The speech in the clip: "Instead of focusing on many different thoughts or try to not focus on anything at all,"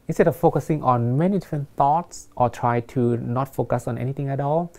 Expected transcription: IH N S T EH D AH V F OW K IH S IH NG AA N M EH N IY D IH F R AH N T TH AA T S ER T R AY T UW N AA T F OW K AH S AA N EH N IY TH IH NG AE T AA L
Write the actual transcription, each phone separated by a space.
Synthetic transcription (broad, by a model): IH N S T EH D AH F OW K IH S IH NG AA N M EH N IY D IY F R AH N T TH AA T S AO T R AY T UW N AA T F OW K AH S AA N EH N IY T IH NG AE T AA L